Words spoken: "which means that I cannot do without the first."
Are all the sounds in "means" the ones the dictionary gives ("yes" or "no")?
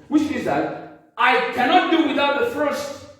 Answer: no